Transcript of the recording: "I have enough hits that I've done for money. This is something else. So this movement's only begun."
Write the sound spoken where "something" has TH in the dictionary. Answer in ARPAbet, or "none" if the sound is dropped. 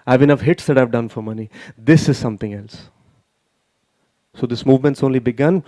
T